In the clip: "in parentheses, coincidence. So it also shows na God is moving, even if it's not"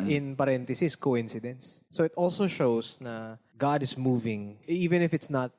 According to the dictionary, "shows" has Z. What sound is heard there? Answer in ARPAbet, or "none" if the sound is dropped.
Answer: S